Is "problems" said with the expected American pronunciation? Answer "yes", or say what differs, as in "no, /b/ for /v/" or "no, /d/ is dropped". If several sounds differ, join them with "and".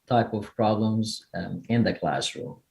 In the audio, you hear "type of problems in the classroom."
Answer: yes